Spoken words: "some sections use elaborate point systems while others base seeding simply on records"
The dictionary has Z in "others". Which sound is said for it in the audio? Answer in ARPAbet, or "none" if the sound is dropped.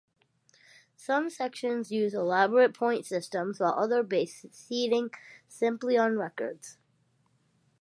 none